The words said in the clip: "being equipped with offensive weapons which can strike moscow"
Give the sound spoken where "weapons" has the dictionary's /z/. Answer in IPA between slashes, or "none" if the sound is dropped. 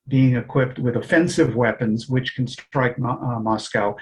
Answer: /z/